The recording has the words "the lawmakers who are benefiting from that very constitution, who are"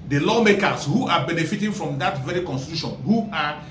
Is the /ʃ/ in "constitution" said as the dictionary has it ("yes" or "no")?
yes